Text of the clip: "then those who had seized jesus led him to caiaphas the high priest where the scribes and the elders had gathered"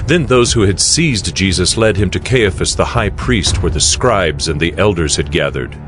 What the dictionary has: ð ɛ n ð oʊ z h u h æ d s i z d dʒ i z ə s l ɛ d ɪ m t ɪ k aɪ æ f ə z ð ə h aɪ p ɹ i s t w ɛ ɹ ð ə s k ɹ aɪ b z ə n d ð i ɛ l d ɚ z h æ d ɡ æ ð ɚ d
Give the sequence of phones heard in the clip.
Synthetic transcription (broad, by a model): ð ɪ n ð oʊ z h u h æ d s i z dʒ i z ə s l ɛ d ɪ m t ɪ k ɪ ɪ f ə s ð ə h aɪ p ɹ i s t w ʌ ɹ ð ə s k ɹ aɪ b z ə n ð i ɛ l d ɚ z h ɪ d ɡ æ ð ɚ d